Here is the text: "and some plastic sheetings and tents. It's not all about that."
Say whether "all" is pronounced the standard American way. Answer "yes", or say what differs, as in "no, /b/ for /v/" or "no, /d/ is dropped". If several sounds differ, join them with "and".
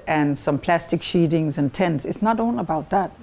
no, /n/ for /l/